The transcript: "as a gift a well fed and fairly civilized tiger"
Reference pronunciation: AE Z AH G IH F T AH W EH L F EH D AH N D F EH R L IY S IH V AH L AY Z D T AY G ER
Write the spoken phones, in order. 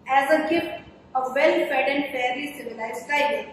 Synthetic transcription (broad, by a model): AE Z AH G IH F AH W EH L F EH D AH N D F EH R IY S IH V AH L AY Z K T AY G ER